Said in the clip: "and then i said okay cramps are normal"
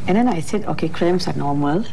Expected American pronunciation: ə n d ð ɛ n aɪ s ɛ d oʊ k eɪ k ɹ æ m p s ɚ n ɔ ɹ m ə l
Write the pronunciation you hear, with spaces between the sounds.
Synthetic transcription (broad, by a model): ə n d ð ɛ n aɪ s ɛ d oʊ k eɪ k ɹ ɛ m s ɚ n ɔ m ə l